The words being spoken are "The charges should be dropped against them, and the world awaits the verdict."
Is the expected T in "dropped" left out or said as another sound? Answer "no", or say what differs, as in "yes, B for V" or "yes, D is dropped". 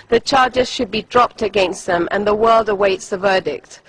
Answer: no